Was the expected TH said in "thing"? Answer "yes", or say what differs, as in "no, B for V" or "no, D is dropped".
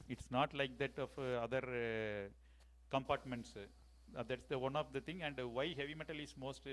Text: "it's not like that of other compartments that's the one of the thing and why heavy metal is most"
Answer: no, T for TH